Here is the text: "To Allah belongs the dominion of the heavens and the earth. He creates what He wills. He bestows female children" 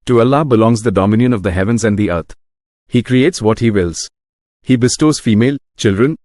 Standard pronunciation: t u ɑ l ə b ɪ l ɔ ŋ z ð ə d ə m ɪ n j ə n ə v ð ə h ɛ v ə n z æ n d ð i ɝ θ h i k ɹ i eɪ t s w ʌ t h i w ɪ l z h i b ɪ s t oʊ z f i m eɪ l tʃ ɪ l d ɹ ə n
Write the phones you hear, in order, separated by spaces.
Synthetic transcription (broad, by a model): t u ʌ l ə b ɪ l ɔ ŋ z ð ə d ə m ɪ n j ə n ə v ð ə h ɛ v ə n z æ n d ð i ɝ t h i k ɹ i eɪ t s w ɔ t h i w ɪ l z h i b ɪ s t oʊ z f i m eɪ l tʃ ɪ l d ɹ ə n